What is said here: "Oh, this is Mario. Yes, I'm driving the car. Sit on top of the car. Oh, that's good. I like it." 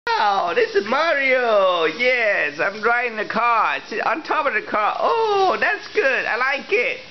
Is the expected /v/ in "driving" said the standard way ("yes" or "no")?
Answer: no